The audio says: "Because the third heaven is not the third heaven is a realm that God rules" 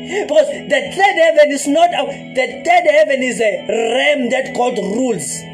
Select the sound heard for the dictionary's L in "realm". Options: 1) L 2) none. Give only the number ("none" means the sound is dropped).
2